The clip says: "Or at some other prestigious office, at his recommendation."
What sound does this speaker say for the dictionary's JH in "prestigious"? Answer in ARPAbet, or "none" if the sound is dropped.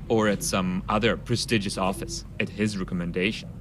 JH